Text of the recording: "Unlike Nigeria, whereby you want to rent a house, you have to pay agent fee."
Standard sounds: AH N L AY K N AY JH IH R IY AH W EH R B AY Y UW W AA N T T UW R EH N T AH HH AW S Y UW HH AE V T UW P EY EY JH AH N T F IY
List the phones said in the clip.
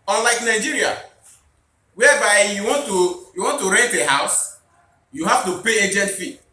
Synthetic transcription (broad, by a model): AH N L AY K N AY JH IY R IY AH W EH B AY Y UW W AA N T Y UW W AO N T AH HH AW S Y UW HH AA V T UW P EY EY JH AH N T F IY